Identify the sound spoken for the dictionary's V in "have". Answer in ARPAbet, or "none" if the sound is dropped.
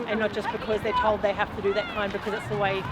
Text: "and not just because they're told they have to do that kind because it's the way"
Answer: F